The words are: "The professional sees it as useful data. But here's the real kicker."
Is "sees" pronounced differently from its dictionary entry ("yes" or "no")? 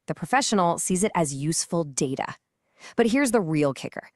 no